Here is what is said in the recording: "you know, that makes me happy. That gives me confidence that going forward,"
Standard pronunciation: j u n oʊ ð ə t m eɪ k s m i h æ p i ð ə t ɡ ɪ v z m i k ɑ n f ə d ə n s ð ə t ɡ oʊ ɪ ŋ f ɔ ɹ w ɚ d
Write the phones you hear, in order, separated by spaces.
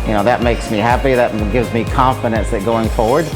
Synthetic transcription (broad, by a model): j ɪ n oʊ ð ə t m eɪ k s m i h æ p i ð ə t ɡ ɪ v z m i k ɑ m f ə d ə n s ð ə t ɡ oʊ ɪ ŋ f ɔ ɹ w ɚ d